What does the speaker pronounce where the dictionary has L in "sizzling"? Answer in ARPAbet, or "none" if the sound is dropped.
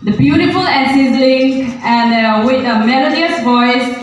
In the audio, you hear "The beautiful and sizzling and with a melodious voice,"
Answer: none